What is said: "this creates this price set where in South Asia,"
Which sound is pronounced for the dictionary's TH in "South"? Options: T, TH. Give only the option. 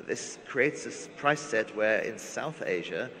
TH